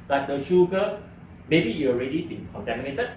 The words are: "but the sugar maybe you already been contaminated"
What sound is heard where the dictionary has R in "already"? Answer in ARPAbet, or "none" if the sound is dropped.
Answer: R